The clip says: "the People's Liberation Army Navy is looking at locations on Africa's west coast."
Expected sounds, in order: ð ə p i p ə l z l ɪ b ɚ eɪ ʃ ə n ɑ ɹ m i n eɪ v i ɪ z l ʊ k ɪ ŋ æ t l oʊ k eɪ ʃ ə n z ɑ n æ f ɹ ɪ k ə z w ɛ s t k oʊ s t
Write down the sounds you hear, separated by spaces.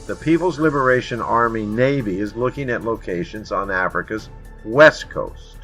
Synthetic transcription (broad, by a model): ð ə p i p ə l z l ɪ b ɚ eɪ ʃ ə n ɑ ɹ m i n eɪ v i ɪ z l ʊ k ɪ ŋ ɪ t l oʊ k eɪ ʃ ə n z n æ f ɹ ɪ k ə z w ɛ s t k oʊ s t